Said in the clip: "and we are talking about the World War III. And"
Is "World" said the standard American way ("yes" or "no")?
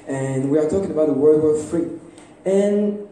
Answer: no